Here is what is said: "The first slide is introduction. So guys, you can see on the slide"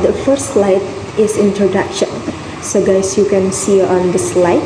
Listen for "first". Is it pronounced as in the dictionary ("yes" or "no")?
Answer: no